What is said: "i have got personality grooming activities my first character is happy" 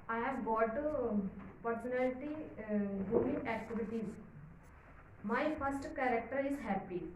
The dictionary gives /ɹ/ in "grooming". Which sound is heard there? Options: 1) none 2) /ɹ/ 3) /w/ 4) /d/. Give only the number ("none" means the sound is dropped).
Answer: 1